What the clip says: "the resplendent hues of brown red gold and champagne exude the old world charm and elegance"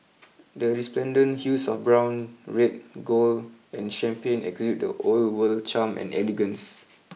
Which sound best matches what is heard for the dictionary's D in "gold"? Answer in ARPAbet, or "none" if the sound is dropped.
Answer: none